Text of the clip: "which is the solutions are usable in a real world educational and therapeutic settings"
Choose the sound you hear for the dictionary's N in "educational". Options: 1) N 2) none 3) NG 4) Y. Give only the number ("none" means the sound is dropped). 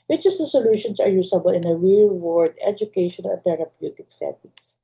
2